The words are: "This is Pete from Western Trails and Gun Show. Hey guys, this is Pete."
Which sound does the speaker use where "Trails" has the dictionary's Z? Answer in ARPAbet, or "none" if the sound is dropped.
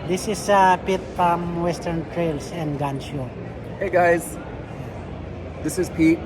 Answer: S